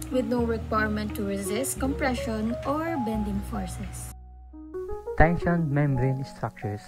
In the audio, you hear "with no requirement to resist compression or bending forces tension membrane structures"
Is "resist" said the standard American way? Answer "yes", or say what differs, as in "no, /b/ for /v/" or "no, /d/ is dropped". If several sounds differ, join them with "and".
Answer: yes